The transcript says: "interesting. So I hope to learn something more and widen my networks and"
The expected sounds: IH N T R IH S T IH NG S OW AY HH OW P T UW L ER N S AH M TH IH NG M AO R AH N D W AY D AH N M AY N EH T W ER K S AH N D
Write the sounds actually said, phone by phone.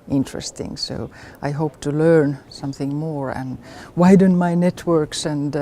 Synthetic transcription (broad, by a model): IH N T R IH S T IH NG S OW AY HH OW P T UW L ER N S AH M TH IH NG M AO R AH N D W AY D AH N M AY N EH T W ER K S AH N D